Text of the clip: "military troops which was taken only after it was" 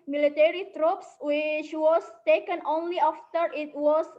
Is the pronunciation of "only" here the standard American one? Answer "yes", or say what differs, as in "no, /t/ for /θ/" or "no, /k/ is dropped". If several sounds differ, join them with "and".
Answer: yes